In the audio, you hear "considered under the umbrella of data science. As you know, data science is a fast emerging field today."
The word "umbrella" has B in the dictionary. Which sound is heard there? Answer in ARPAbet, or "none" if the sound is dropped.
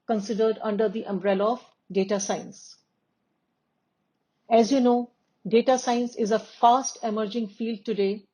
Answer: B